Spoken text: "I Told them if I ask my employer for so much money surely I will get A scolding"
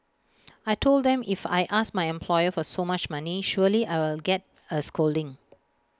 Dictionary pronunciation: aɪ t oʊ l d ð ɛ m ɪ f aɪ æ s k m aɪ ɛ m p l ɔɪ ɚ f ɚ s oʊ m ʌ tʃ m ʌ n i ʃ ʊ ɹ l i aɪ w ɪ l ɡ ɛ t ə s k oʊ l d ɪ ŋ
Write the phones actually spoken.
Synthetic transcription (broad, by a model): aɪ t oʊ l d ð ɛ m ɪ f aɪ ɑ s m aɪ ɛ m p l ɔɪ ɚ f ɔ s oʊ m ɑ tʃ m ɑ n i ʃ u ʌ l i aɪ w ɪ l ɡ ɛ t ə s k oʊ l d ɪ ŋ